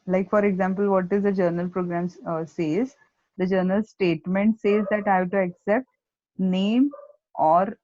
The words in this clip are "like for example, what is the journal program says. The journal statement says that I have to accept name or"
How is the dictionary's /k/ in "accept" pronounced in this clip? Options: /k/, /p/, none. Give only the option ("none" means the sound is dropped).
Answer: /k/